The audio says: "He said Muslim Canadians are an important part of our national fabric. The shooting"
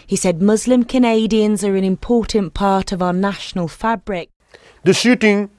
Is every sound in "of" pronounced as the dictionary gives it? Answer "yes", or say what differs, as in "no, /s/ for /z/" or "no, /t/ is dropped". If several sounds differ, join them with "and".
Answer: yes